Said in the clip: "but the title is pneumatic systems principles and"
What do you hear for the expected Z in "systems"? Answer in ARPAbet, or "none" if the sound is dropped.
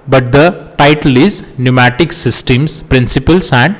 S